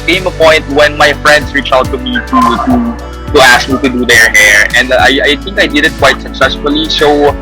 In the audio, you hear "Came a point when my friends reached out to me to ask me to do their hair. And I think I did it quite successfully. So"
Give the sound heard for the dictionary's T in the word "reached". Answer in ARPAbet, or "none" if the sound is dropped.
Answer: none